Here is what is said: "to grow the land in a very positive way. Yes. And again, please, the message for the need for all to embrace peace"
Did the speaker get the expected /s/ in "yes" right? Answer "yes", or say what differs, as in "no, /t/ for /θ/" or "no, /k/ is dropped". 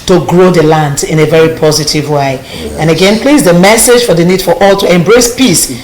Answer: no, /s/ is dropped